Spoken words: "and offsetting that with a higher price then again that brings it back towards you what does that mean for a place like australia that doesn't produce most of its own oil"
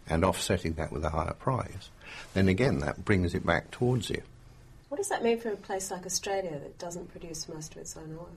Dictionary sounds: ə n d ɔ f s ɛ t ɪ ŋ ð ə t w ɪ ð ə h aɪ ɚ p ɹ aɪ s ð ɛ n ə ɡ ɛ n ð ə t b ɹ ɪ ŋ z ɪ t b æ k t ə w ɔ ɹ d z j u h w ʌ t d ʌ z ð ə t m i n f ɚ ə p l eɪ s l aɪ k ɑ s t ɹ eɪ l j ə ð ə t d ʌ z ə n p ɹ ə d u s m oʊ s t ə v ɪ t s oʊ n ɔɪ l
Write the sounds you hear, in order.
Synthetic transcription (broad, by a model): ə n ɔ f s ɛ t ɪ ŋ ð ə t w ɪ ð ə h aɪ ɚ p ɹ aɪ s ð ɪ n ə ɡ ɛ n ð ə t b ɹ ɪ ŋ z ɪ t b æ k t ə w ɔ ɹ d z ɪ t w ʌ t d ʌ z ð ə t m i n f ɚ ə p l eɪ s l aɪ k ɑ s t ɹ eɪ l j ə ð ə t d ʌ z ə n p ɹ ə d u s m oʊ s t ə v ɪ t s oʊ n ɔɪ